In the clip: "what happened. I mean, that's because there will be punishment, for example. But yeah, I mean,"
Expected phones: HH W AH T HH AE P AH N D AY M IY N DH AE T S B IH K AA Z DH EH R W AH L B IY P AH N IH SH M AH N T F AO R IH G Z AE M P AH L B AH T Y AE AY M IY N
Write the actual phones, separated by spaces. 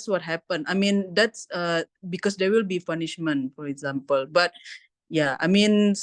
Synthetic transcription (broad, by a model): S W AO T HH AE P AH N AY M IY N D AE T S B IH K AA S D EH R W AH L B IY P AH N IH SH M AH N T F AO R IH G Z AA M P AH L B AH T Y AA AY M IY N